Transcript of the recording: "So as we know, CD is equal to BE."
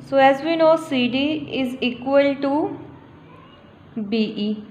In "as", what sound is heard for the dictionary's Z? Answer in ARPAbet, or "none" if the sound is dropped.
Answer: Z